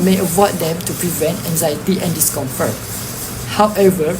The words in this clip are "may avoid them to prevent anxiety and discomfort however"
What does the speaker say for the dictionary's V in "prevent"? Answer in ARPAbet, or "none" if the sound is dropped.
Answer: V